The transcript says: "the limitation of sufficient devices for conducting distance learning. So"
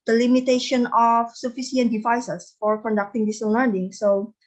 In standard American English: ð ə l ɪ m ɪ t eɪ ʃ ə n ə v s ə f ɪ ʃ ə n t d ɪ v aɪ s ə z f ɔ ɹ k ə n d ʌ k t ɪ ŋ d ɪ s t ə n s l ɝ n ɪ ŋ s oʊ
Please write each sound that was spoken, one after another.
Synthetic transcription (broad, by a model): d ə l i m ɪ t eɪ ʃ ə n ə f s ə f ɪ s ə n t d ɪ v aɪ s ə s f ɔ ɹ k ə n d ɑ k t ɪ ŋ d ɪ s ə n l ɝ n ɪ ŋ s oʊ